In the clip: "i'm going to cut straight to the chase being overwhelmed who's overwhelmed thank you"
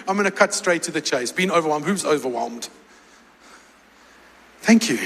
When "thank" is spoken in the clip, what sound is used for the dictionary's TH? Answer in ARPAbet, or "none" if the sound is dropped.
TH